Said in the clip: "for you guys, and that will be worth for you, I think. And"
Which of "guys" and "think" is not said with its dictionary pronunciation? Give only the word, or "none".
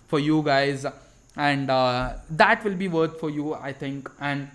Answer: think